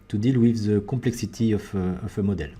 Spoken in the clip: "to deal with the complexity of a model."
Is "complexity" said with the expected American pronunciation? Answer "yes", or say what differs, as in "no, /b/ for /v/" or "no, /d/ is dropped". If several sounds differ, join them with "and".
no, /m/ is dropped